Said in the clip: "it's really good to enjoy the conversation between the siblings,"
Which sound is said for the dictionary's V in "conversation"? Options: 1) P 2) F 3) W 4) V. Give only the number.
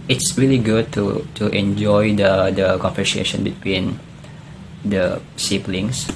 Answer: 2